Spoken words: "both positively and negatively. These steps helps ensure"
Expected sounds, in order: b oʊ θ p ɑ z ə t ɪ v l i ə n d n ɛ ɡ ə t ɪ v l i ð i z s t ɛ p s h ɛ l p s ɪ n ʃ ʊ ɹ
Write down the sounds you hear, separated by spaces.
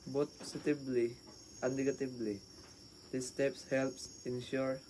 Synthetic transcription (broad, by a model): b oʊ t p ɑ s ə t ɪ b l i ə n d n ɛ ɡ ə t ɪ b l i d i s t ɛ p s h ɛ l p s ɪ n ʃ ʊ ɹ